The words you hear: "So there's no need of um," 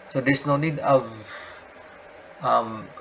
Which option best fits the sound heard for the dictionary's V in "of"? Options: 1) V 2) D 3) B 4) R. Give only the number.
1